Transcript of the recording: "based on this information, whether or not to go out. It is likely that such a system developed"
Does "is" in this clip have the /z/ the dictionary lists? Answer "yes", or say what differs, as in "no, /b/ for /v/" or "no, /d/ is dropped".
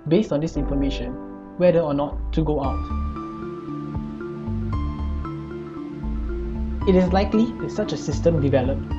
no, /s/ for /z/